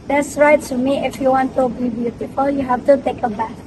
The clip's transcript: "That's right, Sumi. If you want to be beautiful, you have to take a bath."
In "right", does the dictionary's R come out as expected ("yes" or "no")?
yes